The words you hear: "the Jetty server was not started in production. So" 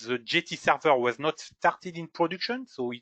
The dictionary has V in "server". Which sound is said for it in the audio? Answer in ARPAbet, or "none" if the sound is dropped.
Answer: V